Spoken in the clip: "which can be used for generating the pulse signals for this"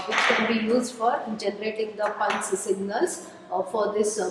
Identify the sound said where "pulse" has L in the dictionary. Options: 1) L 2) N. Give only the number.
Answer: 2